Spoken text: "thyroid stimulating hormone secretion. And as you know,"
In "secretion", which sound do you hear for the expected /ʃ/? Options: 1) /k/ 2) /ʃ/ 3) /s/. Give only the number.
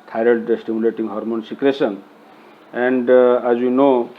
3